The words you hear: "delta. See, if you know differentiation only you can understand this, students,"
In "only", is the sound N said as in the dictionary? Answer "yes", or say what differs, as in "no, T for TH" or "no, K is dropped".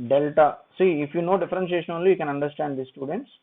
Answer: no, N is dropped